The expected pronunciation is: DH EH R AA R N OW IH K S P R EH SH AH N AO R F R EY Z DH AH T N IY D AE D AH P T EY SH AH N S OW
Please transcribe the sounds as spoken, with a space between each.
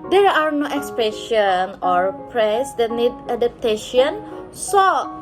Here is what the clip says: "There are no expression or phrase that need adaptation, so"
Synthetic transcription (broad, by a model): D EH R AA R N OW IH K S P R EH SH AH N AO R P R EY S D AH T N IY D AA D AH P T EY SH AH N S OW